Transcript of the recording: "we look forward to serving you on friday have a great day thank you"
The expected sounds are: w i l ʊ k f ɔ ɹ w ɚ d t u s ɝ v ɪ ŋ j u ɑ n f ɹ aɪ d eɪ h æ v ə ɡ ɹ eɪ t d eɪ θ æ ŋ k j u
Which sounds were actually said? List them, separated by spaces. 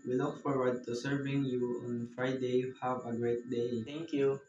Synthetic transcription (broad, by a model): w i l ʊ k f ɔ ɹ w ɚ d t u s ɝ v ɪ ŋ j u ɑ n f ɹ aɪ d eɪ h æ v ə ɡ ɹ eɪ t d eɪ t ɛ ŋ k j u